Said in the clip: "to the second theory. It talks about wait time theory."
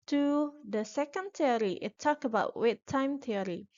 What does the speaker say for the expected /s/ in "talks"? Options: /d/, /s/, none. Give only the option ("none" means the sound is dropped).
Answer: none